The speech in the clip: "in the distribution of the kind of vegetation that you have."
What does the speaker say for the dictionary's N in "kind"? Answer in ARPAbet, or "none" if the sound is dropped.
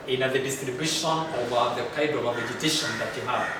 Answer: none